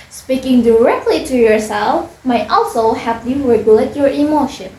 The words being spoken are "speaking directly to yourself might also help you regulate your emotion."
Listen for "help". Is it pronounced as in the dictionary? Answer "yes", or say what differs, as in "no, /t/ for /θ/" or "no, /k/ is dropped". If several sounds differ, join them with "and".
no, /l/ is dropped